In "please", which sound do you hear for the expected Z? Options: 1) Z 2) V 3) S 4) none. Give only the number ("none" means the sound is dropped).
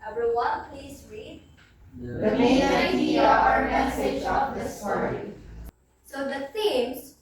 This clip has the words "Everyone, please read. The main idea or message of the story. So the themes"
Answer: 3